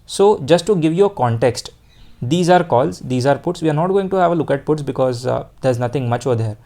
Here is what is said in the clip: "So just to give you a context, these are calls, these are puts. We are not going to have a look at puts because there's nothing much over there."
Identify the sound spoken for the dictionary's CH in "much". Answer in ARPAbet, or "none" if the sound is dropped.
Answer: CH